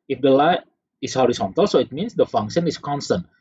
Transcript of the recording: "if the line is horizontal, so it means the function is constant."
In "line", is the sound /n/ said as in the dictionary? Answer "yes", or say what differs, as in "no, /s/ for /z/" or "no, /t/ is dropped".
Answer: no, /n/ is dropped